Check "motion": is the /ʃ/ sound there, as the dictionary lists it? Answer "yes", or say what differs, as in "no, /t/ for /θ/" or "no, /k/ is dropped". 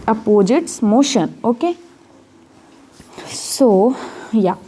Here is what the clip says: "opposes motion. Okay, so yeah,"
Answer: yes